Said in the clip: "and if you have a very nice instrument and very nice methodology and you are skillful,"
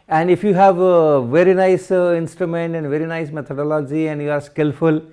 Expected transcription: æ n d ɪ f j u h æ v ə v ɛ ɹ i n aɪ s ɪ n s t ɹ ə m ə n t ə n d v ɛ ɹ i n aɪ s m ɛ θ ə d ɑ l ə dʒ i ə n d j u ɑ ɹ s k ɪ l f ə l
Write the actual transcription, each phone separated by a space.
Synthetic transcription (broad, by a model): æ n d ɪ f j u h æ v v ɛ ɹ i n aɪ s ɪ n s t ɹ ə m ə n t ə n d v ɛ ɹ i n aɪ s m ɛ t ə d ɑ l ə dʒ i ə n d j u ɑ ɹ s k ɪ l f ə l